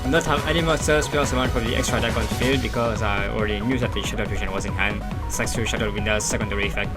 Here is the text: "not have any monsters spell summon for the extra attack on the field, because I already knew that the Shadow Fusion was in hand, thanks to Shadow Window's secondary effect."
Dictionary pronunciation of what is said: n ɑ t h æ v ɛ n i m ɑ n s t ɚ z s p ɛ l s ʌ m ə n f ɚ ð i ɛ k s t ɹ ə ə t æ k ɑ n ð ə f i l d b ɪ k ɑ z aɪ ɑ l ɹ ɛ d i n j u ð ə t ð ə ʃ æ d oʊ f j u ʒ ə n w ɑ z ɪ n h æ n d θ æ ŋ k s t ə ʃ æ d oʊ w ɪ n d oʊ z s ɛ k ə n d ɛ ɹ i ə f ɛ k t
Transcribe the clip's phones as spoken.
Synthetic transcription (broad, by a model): n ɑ t h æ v ɛ n i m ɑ s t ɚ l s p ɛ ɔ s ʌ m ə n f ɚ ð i ɛ k s t ɹ ə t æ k ɑ n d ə f i l d b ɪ k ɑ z aɪ ɑ l ɹ ɛ d i n j u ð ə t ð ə ʃ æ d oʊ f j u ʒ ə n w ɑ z ɪ n h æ n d s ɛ k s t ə ʃ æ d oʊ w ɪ n d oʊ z s ɛ k ə n d ɛ ɹ i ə f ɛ k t